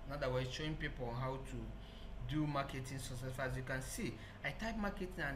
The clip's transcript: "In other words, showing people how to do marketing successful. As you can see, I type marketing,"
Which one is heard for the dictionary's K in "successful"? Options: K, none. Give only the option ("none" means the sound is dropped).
none